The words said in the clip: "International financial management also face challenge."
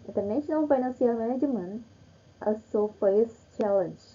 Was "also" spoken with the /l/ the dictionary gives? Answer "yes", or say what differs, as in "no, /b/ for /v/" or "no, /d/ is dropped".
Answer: no, /l/ is dropped